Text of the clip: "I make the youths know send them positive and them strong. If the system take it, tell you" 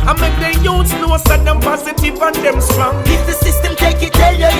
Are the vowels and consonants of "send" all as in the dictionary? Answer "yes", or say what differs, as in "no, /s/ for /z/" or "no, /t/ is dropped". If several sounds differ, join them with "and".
no, /n/ is dropped